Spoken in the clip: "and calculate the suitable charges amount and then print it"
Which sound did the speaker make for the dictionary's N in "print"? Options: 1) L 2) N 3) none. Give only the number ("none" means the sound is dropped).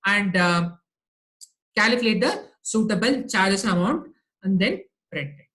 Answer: 3